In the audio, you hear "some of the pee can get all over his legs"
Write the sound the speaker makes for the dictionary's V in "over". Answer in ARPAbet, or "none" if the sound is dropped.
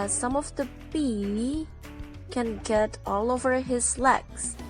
V